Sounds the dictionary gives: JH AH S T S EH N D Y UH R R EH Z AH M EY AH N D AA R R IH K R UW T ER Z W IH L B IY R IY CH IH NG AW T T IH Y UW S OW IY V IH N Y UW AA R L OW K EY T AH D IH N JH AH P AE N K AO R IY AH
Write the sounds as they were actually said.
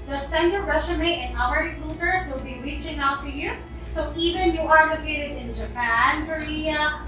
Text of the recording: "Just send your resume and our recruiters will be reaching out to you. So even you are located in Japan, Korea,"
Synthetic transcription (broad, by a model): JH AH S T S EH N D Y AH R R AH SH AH M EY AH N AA L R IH R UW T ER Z W IH L B IY R IY CH IH NG AW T T IH Y UW S OW IY V IH N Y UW AA R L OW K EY T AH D IH N JH AH P AE N K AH R IY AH